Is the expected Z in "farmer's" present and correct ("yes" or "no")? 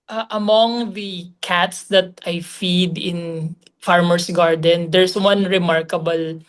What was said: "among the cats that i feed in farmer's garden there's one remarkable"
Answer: no